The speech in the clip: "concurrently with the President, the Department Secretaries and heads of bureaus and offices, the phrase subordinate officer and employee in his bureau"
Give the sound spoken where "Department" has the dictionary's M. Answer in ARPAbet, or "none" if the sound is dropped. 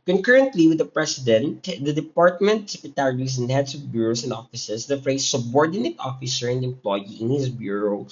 M